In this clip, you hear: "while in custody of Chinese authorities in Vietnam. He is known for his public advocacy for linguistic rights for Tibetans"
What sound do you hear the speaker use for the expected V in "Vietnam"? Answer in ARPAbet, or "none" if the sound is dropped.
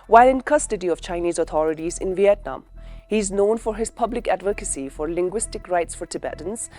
V